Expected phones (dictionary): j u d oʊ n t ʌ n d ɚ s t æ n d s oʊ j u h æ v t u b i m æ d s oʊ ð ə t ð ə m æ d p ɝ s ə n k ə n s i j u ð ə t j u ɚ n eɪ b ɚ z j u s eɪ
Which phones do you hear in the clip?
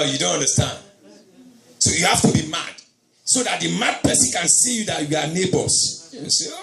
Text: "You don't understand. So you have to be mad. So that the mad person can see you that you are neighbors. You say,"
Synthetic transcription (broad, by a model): j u d oʊ n t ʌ n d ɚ s t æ n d s oʊ j u h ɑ f t u b i m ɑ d s oʊ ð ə t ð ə m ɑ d p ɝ s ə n k ə n s i j u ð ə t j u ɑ n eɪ b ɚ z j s